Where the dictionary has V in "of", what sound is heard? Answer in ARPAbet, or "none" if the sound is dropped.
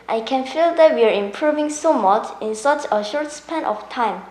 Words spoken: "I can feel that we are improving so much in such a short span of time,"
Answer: F